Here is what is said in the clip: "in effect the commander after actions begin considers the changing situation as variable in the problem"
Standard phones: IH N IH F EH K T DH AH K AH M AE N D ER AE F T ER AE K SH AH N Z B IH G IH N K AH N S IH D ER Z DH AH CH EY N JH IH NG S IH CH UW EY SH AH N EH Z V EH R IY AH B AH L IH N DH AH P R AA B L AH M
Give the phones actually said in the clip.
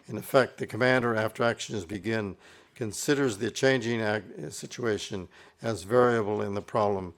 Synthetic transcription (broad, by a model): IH N IH F EH K T DH AH K AH M AE N D ER AE F T ER AE K SH AH N Z B IH G IH N K AH N S IH D ER Z DH AH CH EY N JH IH NG S IH CH UW EY SH AH N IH Z V EH R IY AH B L IH N DH AH P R AA B L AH M